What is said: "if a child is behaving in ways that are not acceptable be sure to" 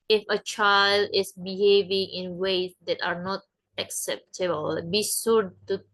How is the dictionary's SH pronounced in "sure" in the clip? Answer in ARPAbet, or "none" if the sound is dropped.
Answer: S